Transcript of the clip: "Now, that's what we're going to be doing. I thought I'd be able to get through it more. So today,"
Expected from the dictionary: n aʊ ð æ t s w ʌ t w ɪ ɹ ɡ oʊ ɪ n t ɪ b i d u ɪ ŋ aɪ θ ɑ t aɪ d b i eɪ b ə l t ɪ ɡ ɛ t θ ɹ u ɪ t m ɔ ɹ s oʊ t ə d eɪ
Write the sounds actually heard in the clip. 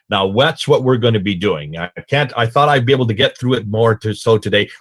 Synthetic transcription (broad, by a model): n aʊ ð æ t s w ʌ t w ɪ ɹ ɡ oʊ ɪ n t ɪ b i d u ɪ ŋ aɪ θ ɑ t aɪ d b i eɪ b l t ɪ ɡ ɛ t θ ɹ u ɪ t m ɔ ɹ s oʊ t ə d eɪ